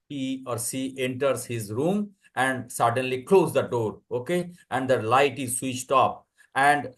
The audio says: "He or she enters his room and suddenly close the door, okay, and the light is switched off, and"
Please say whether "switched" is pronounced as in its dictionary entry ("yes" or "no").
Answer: yes